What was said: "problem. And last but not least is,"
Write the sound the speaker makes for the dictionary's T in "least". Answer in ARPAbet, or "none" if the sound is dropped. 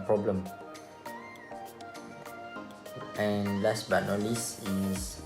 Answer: none